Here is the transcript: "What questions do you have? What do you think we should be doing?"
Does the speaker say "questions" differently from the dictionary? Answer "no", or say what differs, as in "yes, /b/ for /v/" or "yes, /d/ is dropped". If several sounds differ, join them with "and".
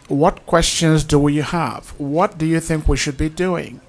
no